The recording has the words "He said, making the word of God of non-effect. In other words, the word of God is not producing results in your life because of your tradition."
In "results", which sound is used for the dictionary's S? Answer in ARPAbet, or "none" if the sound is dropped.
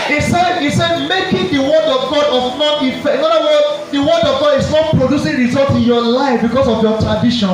none